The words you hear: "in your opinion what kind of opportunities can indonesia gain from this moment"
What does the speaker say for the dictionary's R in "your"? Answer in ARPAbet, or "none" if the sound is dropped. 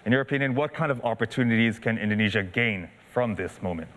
R